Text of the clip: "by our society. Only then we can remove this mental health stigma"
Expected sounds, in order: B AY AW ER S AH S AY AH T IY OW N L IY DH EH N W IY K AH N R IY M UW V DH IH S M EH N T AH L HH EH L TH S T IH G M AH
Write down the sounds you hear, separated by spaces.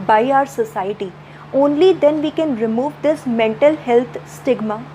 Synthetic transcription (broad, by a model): B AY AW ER S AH S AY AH T IY OW N L IY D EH N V IY K AH N R IY M UW V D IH S M EH N T AH L HH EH L T S T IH G M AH